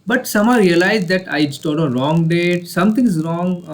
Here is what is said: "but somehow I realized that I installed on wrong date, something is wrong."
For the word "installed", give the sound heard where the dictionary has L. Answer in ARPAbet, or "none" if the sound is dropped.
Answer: none